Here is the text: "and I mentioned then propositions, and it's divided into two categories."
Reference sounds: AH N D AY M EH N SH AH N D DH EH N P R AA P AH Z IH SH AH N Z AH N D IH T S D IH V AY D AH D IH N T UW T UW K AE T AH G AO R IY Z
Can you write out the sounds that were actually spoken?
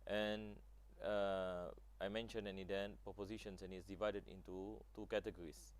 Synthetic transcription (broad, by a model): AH N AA AY M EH N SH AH N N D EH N P R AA P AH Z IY SH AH N S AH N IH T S D IH V AY D AH D IH N T UW T UW K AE T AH G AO R IY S